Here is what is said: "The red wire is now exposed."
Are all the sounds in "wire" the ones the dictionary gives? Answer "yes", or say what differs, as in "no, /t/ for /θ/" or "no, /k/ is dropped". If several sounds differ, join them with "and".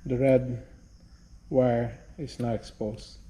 yes